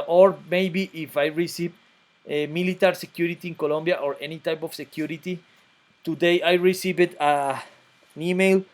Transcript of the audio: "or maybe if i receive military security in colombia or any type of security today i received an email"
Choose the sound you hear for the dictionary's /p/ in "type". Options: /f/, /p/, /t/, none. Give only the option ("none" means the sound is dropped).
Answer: /p/